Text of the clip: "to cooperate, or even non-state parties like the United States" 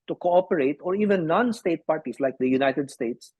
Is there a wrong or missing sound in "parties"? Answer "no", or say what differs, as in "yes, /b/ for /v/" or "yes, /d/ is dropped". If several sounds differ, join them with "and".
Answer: yes, /s/ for /z/